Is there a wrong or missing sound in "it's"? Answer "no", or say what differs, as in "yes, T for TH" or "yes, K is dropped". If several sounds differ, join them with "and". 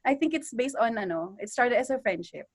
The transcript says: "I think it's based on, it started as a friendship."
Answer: no